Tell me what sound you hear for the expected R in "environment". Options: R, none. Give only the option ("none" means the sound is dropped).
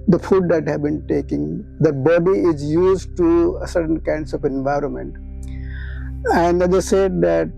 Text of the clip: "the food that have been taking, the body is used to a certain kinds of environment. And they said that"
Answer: R